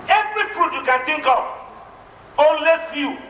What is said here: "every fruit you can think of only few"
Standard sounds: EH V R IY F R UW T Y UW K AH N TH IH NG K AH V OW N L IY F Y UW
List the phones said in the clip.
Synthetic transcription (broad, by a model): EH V R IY F R UW T Y UW K AH N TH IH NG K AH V OW N L IY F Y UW